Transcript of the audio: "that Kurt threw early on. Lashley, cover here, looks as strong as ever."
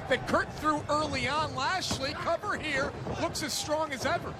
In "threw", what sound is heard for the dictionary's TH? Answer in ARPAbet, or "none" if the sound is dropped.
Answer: TH